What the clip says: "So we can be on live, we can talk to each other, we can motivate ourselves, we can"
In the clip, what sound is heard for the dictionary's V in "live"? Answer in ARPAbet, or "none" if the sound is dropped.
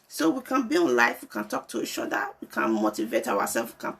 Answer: F